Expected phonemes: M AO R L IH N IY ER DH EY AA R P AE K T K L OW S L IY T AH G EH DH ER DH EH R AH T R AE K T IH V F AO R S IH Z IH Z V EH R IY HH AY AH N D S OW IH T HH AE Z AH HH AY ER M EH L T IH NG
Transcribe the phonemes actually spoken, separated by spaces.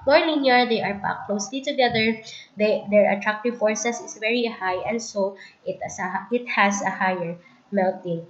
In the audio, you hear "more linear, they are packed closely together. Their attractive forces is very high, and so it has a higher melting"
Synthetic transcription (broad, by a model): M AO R N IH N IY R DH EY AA R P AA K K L OW S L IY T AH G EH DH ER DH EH R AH T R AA K T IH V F AO R S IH S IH S V EH R IY HH AY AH N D S OW IH T HH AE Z AH HH AY ER M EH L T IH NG